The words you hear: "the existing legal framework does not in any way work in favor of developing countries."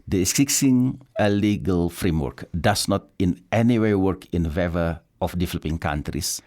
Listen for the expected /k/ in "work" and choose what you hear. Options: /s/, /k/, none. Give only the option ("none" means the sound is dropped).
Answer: /k/